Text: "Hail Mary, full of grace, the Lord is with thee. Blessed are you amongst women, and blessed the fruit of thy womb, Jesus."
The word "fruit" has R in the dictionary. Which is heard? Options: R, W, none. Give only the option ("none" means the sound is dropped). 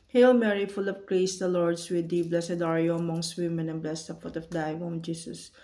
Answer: none